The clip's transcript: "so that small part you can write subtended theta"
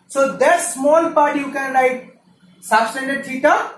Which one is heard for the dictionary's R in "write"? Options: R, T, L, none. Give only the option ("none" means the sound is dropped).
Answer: L